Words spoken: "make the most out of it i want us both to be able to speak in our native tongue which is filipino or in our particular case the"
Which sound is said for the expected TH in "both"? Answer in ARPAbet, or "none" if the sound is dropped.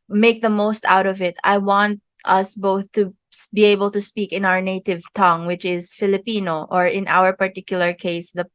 TH